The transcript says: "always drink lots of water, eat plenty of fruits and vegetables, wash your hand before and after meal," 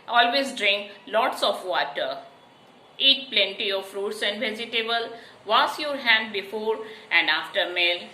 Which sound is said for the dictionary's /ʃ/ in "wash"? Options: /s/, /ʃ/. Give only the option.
/s/